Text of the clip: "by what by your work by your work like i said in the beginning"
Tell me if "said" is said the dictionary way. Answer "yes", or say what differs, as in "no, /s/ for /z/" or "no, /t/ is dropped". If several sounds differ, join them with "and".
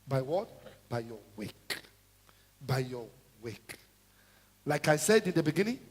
yes